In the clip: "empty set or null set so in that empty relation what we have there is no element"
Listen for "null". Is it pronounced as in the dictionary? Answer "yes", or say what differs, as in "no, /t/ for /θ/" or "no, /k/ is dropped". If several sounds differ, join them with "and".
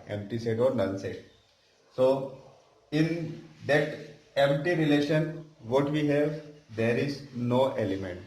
no, /n/ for /l/